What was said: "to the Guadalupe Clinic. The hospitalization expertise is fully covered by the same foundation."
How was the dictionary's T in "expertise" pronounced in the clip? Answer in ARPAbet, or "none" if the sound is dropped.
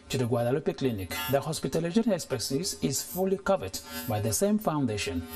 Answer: S